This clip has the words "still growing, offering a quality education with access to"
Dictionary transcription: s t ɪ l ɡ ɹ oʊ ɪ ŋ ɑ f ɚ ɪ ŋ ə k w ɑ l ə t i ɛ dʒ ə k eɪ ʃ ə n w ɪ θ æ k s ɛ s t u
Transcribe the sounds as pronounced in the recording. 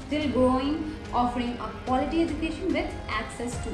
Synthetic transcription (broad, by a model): s t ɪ l ɡ oʊ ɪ ŋ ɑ f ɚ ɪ ŋ ə k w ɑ l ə t i ɛ dʒ ə k eɪ ʃ ə n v ɪ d æ k s ɛ s t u